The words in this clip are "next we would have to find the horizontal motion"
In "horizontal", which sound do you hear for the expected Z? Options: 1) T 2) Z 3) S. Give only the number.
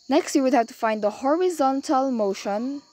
2